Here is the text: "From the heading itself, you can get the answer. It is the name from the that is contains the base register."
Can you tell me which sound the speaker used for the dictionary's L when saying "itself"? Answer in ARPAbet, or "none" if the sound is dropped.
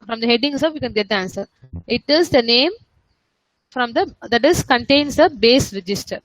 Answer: none